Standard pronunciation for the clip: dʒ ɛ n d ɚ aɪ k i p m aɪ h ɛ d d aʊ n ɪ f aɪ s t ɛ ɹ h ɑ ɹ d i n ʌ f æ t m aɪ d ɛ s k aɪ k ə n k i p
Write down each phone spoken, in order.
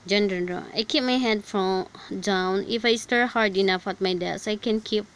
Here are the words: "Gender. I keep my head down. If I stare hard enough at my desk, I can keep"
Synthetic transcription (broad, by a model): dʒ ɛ n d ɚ aɪ k i p m aɪ h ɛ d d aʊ n ɪ f aɪ s t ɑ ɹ h ɑ ɹ d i n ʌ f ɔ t m aɪ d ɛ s aɪ k ə n k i p